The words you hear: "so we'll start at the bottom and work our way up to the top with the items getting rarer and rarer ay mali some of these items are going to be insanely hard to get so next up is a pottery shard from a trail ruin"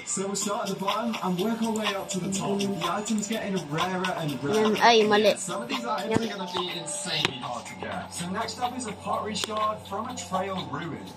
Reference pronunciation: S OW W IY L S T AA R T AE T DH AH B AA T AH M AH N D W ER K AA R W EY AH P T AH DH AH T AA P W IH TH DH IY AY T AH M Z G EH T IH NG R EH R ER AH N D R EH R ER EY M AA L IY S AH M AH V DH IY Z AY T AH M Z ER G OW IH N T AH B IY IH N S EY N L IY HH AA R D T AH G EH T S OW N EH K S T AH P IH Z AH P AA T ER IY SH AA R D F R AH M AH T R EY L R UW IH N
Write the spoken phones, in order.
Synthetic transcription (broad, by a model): S OW W IY L S T AA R T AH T DH AH B AA T AH M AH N W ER K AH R W EY AH P T AH DH AH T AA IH DH IY AY T AH M Z G EH T IH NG R EH R ER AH N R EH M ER EY M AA L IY S AH M AH V DH IY Z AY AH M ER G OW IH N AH B IY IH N S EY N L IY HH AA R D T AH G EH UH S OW N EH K S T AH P IH Z AH P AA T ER IY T AA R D F R AH M AH T R EY L R UW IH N